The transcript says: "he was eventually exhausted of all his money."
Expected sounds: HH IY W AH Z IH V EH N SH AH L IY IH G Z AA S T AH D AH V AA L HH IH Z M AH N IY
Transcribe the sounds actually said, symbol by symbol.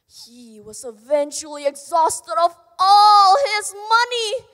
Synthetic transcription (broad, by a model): HH IY W AH Z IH V EH N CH L IY IH G Z AA S T AH D AH V AA L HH IH Z M AH N IY